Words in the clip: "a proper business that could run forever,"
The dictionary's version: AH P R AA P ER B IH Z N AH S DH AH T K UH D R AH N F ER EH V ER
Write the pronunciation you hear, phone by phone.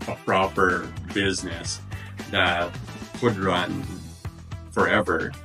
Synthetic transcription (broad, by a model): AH P R AA P ER B IH Z N AH S DH AH T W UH D R AH N F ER EH V ER